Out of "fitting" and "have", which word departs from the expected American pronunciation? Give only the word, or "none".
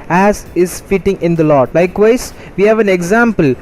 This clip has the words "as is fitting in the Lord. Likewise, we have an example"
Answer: none